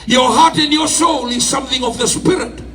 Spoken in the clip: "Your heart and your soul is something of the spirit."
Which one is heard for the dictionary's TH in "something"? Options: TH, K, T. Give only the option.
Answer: TH